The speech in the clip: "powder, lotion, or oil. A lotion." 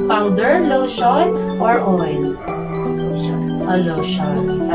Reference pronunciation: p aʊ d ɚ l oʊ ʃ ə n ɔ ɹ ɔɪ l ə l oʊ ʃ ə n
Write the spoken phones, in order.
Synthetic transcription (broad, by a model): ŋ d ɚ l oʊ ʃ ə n ɔ ɹ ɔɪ n ə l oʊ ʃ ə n